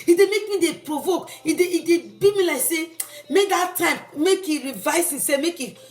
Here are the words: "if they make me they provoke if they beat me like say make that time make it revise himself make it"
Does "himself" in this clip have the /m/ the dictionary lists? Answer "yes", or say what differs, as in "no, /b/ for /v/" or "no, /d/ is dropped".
no, /m/ is dropped